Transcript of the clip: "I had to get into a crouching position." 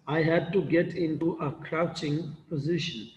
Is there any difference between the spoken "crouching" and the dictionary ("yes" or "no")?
no